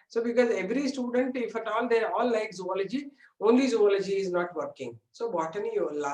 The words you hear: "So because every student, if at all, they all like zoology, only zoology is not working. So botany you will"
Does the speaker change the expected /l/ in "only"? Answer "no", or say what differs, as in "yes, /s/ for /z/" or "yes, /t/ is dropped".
no